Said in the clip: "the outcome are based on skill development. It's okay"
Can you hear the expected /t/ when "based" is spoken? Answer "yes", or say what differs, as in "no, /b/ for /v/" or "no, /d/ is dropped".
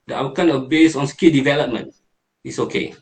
no, /t/ is dropped